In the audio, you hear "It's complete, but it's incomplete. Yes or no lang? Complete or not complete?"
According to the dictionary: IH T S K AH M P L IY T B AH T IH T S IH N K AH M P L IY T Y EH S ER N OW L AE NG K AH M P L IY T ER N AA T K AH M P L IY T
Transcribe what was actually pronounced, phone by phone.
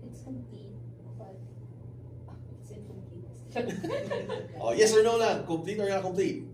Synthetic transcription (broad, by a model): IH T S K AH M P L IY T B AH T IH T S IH K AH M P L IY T Y EH S ER N OW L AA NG K AH M P L IY T ER N AA T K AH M P L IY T